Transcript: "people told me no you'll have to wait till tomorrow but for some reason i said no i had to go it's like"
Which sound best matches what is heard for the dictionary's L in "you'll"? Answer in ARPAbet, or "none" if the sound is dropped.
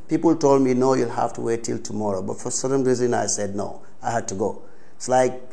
L